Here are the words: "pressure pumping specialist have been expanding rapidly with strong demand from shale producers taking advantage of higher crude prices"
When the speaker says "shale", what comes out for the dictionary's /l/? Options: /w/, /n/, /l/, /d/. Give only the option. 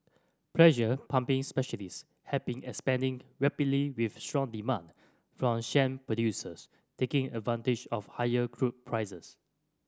/n/